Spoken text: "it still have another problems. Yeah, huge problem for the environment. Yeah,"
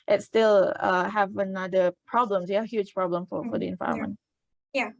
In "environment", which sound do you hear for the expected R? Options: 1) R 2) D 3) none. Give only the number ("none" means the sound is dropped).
3